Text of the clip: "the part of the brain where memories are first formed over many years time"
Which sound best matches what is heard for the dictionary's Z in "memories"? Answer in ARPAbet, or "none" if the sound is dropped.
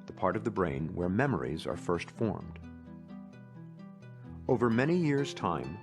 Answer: Z